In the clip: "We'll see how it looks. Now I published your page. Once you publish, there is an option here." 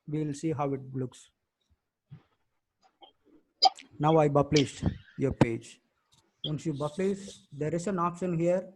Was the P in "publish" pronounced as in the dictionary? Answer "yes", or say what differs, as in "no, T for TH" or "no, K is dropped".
no, B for P